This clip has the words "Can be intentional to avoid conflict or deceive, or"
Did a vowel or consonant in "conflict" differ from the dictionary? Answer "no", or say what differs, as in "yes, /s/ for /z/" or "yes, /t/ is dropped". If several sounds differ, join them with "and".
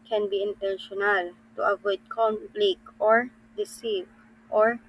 yes, /f/ is dropped